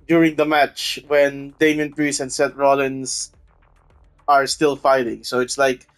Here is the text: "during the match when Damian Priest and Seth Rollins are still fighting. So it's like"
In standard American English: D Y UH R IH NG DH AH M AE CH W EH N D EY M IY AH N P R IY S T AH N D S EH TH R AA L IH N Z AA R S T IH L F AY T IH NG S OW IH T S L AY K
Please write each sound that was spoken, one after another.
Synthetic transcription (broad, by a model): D Y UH R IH NG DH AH M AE CH W EH N D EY M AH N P R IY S AH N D S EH T R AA L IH N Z AA R S T IH L F AY T IH NG S OW IH T S L AY K